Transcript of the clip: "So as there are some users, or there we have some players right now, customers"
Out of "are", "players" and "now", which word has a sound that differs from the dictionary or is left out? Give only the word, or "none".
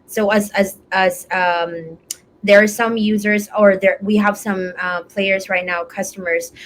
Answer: none